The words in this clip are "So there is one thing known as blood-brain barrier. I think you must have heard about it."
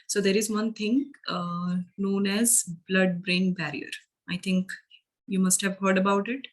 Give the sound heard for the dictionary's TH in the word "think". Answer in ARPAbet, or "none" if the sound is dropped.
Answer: T